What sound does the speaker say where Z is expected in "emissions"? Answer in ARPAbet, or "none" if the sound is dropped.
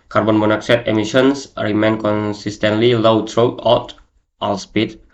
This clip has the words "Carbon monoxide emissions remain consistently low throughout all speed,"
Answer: S